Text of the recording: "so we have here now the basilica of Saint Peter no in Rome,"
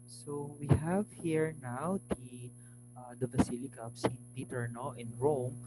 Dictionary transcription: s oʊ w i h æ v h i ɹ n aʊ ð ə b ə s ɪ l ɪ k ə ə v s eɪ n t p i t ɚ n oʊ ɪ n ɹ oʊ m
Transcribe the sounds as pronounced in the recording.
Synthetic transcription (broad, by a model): s oʊ w i h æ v h i ɹ n aʊ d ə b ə s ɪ l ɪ k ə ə p s eɪ n t p i t ɚ n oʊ ɪ n ɹ oʊ m